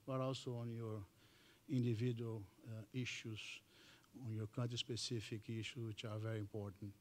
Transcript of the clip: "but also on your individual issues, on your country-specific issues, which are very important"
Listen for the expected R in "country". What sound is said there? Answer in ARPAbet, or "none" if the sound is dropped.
none